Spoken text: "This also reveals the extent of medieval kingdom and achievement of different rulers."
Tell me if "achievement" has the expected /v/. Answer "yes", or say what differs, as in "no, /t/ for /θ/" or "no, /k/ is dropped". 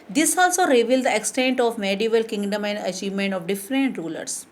yes